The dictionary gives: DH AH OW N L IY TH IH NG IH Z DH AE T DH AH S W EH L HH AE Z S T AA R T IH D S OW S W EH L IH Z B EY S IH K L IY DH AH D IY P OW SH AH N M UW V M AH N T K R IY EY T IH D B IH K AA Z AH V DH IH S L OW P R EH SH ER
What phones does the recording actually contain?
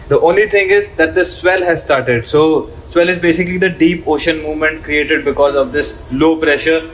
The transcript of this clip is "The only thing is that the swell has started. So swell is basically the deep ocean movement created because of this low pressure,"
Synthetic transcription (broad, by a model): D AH OW N L IY T IH NG IH Z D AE T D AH S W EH L HH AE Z S T AA R T IH D S OW S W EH L IH Z B EY S IH K L IY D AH D IY P OW SH AH N M UW V M AH N T K R IY EY T IH D B IH K AA Z AH V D IH S L OW P R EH SH ER